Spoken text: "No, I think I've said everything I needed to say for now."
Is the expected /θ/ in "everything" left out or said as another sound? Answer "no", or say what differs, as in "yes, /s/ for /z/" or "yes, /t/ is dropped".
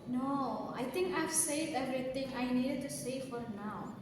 yes, /t/ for /θ/